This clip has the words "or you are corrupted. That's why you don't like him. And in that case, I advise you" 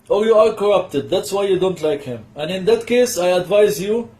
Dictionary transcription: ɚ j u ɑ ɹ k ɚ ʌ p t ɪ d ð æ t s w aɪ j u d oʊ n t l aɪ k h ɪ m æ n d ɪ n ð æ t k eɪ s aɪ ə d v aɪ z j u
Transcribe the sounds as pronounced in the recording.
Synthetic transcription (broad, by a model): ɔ j u ɑ ɹ k ɚ ʌ p t ɪ d ð æ t s w aɪ j u d oʊ n t l aɪ k h ɪ m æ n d ɪ n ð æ t k eɪ s aɪ ə d v aɪ z j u